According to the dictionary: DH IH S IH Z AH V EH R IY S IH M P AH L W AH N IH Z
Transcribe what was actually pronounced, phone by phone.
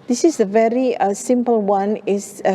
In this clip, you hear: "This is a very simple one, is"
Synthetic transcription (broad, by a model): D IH S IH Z AH V EH R IY S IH M P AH L W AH N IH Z